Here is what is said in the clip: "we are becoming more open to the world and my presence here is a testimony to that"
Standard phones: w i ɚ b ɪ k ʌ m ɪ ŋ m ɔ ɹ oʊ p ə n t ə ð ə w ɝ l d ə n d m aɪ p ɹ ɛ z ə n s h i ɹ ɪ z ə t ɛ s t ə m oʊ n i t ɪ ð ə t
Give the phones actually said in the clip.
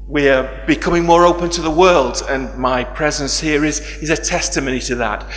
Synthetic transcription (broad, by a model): w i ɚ b ɪ k ʌ m ɪ ŋ m ɔ ɹ oʊ p ə n t ə ð ə w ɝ l d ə n m aɪ p ɹ ɛ z ə n s h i ɹ ɪ z ə t ɛ s t ə m oʊ n i t ɪ ð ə t